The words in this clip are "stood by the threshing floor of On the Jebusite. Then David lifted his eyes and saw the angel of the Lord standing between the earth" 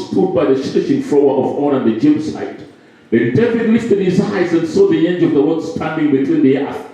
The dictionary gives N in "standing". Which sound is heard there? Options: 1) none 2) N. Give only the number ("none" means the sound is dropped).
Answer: 2